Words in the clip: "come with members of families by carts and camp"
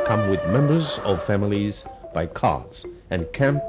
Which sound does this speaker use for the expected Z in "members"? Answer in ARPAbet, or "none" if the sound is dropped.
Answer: Z